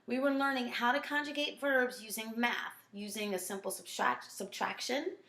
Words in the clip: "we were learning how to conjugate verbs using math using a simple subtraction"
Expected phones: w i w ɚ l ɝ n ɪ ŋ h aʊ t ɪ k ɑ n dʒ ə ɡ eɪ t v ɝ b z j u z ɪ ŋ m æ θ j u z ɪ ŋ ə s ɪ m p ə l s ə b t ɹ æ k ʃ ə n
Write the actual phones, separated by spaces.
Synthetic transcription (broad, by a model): w i w ɚ l ɝ n ɪ ŋ h aʊ t ɪ k ɑ n dʒ ə ɡ eɪ t v ɝ b z j u z ɪ ŋ m æ θ j u z ɪ ŋ ə s ɪ m p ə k s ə b t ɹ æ k ʃ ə n